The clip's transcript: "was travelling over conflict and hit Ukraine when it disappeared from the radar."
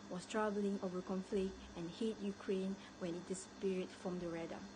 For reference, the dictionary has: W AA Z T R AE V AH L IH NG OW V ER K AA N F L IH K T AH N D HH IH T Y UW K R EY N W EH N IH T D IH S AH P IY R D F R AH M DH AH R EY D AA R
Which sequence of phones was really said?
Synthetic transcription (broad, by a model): W AA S T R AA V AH L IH NG OW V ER K AA N F L IH K T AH N HH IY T Y UW K R EY N W EH N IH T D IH S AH P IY R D F R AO M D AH R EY D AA